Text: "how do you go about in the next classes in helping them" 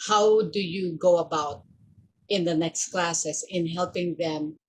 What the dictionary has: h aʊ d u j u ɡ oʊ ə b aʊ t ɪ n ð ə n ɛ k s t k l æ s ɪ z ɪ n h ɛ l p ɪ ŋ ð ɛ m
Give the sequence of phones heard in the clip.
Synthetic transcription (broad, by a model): h aʊ d u j u ɡ oʊ ə b aʊ t ɪ n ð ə n ɛ k s t k l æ s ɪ s ɪ n h ɛ l p ɪ ŋ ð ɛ m